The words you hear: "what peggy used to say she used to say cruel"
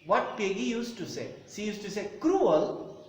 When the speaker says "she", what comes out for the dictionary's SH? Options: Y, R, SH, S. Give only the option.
S